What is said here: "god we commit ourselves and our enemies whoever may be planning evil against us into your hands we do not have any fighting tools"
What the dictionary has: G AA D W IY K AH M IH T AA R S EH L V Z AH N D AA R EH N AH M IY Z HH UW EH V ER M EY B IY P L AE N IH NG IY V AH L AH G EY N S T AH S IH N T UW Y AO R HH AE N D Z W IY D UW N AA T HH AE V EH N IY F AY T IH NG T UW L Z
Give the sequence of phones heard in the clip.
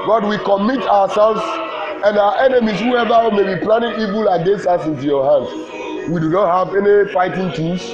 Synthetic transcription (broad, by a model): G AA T W IY K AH M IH T AA W S EH L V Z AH N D AA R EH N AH M IY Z HH UW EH V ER M EY B IY P L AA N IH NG IY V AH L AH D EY S AA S IH N T UW Y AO HH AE N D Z W IY D UW N AA T HH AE V EH N IY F AY T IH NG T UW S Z